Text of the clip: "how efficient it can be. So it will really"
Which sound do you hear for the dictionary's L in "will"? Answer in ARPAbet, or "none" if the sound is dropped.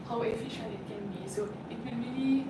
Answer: N